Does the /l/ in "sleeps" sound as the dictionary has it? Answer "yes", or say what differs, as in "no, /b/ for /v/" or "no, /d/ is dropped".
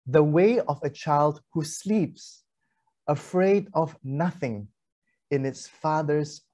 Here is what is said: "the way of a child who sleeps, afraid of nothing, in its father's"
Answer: yes